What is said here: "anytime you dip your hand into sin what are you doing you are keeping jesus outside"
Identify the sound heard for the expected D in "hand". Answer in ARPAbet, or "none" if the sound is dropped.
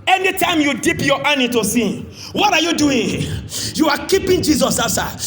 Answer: none